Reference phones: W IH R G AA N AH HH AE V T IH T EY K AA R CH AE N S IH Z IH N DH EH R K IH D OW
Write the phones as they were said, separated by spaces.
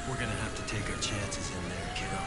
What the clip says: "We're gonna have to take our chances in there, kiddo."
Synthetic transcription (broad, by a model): W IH R G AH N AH HH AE F T IH T EY K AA CH AE N S IH Z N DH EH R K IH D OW